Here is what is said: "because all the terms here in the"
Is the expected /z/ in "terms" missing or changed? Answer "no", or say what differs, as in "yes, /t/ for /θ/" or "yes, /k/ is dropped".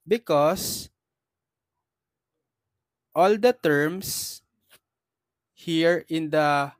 yes, /s/ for /z/